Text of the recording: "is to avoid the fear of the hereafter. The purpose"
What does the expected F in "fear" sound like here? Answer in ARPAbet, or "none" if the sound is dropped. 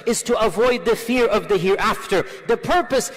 F